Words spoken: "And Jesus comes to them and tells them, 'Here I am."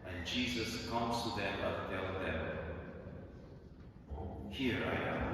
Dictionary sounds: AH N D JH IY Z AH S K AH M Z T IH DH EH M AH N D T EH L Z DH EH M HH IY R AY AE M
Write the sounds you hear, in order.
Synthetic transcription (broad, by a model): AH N JH IY Z AH S K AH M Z T IH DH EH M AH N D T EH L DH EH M HH IY R AY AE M